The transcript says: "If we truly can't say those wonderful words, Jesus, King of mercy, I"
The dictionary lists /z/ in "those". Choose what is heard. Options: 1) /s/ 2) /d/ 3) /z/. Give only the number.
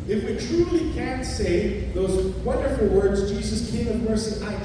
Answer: 3